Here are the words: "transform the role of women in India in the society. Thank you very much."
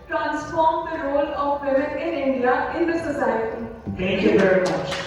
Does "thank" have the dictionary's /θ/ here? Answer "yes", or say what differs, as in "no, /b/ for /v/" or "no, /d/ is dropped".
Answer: no, /t/ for /θ/